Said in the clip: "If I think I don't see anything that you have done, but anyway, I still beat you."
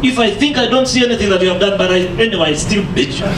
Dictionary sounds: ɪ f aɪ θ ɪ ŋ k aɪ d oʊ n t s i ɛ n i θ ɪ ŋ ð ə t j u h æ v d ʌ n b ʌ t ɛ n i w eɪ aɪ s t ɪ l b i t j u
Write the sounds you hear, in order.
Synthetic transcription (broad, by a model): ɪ f aɪ θ ɪ ŋ k aɪ d oʊ n t s i ɛ n i θ ɪ ŋ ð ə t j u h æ v d ʌ n b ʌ t ɛ n i w eɪ aɪ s t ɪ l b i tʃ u